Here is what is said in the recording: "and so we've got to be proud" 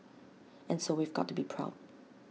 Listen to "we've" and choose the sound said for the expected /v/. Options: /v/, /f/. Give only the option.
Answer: /v/